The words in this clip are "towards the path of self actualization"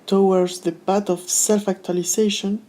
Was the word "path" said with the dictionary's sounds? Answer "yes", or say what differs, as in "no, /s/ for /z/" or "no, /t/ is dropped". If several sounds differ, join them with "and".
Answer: no, /b/ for /p/ and /t/ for /θ/